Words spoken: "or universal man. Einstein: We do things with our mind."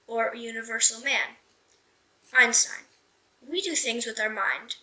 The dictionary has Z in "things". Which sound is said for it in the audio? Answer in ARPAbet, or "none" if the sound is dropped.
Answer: Z